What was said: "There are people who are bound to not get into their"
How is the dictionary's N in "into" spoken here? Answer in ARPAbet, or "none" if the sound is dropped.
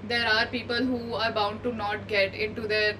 N